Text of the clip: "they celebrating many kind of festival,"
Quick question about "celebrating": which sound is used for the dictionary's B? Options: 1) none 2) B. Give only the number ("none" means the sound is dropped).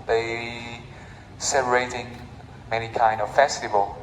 1